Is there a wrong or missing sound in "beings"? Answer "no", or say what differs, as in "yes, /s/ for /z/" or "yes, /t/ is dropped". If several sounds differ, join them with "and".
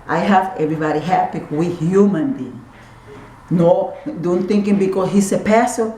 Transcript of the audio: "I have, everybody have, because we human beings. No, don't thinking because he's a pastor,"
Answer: yes, /z/ is dropped